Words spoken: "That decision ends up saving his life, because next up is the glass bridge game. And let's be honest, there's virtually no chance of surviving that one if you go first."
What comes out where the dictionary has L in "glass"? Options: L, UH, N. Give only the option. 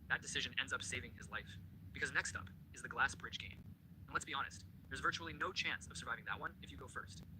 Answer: L